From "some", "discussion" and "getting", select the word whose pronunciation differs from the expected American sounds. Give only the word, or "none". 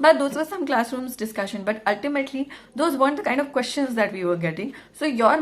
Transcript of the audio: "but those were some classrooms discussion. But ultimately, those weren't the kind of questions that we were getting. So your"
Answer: none